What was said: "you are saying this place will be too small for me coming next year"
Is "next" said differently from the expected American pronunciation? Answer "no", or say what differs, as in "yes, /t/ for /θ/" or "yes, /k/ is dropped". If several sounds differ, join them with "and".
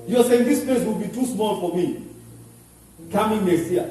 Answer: yes, /k/ is dropped